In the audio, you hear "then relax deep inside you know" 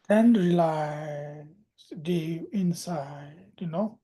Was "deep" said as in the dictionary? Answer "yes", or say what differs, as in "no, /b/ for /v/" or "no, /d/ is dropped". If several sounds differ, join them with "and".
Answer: no, /p/ is dropped